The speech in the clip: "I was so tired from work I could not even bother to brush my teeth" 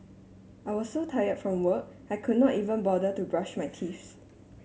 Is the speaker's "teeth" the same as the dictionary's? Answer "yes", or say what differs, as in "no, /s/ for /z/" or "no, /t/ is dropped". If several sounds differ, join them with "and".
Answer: no, /s/ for /θ/